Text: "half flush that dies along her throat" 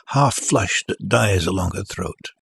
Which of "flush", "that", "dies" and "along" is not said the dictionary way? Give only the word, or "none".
none